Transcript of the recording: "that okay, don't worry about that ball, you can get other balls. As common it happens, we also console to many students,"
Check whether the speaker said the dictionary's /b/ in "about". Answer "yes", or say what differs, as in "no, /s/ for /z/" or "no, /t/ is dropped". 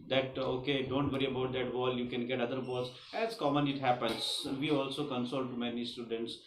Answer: yes